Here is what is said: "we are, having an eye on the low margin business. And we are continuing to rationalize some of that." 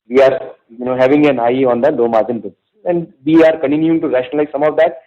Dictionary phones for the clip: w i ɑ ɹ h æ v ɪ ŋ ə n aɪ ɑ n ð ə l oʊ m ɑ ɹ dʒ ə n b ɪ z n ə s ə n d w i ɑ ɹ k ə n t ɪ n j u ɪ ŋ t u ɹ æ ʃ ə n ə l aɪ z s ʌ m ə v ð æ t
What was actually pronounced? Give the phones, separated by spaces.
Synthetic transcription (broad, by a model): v i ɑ ɹ h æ v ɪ ŋ ə n aɪ ɑ n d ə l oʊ m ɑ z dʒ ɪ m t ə ə n d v i ɑ ɹ k ə n t ɪ n j u ɪ ŋ t u ɹ æ ʃ ə n ə l aɪ z s ʌ m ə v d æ t